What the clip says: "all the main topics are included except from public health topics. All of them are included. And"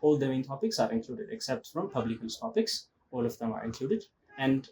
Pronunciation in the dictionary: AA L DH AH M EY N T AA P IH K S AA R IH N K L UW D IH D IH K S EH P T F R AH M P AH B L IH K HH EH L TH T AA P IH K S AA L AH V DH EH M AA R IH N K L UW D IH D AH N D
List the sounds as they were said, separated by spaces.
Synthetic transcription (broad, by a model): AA L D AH M EY N T AA P IH K S AA R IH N K L UW D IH D IH K S EH P T F R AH M P AH B L IH K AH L S T AA P IH K S AA L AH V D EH M AA R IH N K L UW D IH D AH N D